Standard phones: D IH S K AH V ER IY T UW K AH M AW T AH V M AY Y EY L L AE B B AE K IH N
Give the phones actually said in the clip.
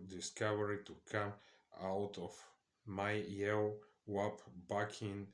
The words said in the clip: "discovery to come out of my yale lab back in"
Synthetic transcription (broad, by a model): D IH S K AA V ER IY T UW K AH M AW T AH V M AY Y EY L W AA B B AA K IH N